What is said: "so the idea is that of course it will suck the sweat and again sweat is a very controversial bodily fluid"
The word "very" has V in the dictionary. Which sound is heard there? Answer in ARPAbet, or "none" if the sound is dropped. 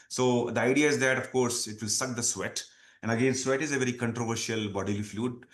V